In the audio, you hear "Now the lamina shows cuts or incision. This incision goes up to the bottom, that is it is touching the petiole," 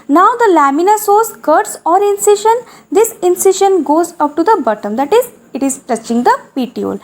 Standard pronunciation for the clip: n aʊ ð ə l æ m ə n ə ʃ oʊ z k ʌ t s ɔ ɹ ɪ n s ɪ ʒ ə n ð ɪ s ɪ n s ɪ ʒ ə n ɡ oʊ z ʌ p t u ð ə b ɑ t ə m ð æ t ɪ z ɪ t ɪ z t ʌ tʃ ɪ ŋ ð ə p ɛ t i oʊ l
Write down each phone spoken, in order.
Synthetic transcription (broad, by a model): n aʊ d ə l æ m ə n ə s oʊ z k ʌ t s ɔ ɹ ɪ n s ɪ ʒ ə n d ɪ s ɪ n s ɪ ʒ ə n ɡ oʊ z ʌ p t u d ə b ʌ t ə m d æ t ɪ z ɪ t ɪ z t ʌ tʃ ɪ ŋ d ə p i t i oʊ l